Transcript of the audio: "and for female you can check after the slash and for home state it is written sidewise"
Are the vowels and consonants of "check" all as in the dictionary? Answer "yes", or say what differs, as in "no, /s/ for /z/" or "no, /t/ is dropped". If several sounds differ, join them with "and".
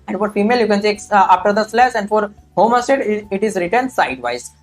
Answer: no, /s/ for /tʃ/